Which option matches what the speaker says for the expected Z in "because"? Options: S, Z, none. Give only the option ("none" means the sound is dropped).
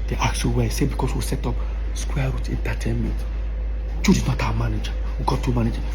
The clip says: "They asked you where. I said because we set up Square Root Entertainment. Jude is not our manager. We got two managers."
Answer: S